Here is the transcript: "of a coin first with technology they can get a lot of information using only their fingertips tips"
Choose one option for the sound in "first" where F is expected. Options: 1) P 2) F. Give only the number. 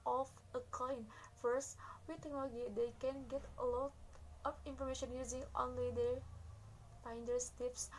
2